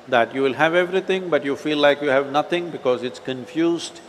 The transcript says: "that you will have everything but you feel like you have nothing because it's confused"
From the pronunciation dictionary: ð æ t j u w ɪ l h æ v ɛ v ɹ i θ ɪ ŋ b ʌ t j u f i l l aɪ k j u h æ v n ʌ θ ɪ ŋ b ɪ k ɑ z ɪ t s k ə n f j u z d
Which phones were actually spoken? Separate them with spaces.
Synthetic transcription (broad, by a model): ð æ t j u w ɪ l h æ v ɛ v ɹ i t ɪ ŋ b ʌ t j u f i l l aɪ k j u h æ v n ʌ t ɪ ŋ b ɪ k ɑ z ɪ t s k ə n f j u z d